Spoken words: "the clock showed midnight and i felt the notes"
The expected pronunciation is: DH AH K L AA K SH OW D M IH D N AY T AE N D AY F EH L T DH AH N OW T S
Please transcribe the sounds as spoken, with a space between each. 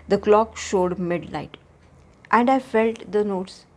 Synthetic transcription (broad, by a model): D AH K L AA K SH OW D M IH D L AY T AE N D AY F EH L T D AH N OW T S